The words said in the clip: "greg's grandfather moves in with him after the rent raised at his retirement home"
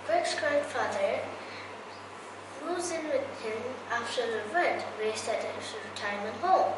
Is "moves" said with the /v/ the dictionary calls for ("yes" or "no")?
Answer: no